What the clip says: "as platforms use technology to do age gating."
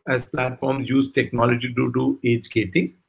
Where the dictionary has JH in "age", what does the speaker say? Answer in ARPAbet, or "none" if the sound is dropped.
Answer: JH